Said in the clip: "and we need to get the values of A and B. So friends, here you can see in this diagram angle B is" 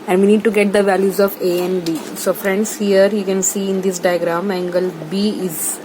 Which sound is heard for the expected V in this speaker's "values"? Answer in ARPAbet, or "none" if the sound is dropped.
V